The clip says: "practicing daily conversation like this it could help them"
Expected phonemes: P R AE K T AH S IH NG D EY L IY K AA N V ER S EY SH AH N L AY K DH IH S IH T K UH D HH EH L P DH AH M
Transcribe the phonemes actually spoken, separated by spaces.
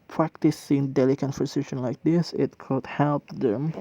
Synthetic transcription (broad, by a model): P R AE K T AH S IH NG D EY L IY K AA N P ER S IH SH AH N L AY K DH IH S IH T K UH D HH EH L P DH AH M